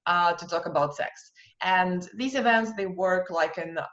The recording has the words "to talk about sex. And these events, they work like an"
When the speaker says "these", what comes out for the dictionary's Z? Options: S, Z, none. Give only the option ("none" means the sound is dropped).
Z